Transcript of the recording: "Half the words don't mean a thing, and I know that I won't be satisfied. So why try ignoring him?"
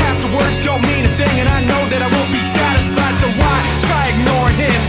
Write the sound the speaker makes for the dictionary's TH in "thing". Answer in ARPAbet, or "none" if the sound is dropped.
TH